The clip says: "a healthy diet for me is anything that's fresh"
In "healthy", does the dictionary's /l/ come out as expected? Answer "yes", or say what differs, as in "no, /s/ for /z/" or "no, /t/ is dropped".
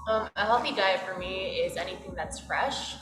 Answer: no, /l/ is dropped